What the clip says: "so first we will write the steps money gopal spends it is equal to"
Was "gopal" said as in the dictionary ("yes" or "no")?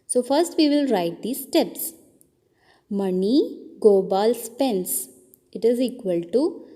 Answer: no